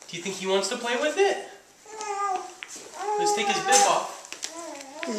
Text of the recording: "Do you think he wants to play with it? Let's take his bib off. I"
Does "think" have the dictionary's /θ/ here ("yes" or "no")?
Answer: yes